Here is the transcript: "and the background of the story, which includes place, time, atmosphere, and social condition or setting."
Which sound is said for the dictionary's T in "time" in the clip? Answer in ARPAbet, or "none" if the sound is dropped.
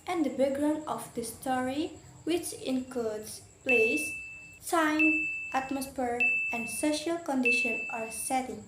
S